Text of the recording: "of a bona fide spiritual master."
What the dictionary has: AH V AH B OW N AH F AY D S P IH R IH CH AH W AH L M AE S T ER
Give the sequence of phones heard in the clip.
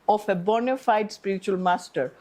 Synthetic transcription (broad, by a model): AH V AH B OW N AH F AY D S P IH R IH CH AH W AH L M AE S T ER